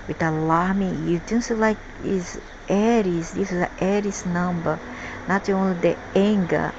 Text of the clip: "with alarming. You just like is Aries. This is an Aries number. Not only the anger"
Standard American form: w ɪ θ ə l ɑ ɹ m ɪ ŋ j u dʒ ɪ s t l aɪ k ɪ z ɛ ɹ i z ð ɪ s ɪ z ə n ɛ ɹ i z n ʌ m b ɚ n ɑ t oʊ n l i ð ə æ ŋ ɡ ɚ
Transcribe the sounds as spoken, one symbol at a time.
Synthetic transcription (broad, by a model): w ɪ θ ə l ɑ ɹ m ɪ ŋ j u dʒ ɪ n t l aɪ k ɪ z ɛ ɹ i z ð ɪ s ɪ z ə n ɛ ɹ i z n ʌ m b ɚ n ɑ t oʊ n l i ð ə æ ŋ ɡ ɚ